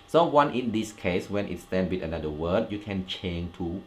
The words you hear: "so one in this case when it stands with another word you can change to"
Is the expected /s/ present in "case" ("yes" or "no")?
yes